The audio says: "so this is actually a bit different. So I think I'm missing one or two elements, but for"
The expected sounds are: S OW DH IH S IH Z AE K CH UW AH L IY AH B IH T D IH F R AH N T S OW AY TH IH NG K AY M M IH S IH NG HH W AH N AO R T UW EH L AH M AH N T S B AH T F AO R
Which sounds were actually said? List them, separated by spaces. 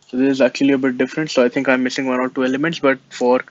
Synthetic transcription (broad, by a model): S OW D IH S IH Z AE K CH UW AH L IY AH B IH T D IH F R AH N T S OW AY T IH NG K AY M M IH S IH NG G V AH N AO R T UW EH L AH M AH N T S B AH T F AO R